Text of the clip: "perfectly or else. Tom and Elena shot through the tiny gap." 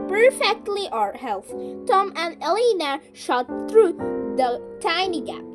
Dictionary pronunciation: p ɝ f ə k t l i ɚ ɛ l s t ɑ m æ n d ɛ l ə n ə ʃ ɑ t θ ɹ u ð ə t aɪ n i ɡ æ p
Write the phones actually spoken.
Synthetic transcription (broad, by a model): p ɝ f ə k t l i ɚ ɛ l θ t ɑ m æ n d ɛ l ə n ə ʃ ɑ t θ ɹ u ð ə t aɪ n i ɡ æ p